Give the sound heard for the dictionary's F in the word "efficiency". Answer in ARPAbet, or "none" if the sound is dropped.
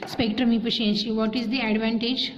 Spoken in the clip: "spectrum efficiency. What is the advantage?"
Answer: P